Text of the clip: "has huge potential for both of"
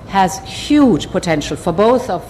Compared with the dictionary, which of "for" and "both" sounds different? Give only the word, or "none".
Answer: none